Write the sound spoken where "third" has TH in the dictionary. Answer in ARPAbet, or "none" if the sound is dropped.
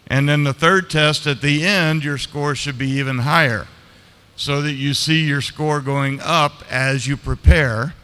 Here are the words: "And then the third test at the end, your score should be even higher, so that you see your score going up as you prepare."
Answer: TH